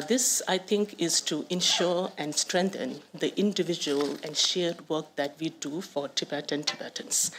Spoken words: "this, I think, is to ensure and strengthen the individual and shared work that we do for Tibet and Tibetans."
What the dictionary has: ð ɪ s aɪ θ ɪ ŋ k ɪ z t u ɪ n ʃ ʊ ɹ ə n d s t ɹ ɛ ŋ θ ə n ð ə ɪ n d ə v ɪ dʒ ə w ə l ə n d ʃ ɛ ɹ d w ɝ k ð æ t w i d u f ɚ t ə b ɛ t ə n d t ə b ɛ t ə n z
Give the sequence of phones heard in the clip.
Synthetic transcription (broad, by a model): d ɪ s aɪ t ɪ ŋ k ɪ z t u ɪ n ʃ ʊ ɹ ə n d s t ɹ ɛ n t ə n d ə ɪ n d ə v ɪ dʒ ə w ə l ə n d ʃ ɛ ɹ d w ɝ k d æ t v i d u f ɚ t ə b ɛ t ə n t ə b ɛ t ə n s